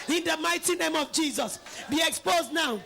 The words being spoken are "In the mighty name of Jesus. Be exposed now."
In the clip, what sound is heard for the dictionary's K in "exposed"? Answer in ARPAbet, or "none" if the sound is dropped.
K